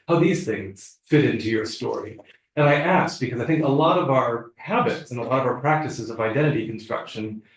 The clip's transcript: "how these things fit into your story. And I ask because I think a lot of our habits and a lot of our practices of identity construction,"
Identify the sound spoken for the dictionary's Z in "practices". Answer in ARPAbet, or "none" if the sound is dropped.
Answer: Z